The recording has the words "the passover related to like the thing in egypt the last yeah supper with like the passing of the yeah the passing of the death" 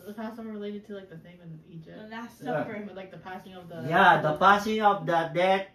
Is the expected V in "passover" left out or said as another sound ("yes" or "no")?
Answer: yes